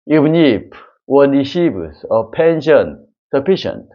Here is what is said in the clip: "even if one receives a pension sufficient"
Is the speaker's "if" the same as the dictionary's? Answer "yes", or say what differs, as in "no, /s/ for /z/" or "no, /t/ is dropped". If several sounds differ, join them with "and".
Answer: no, /p/ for /f/